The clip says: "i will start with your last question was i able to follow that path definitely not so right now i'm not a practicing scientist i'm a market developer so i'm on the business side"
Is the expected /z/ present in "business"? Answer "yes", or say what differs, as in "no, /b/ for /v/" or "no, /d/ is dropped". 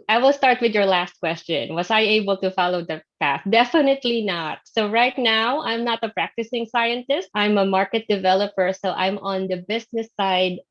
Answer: no, /s/ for /z/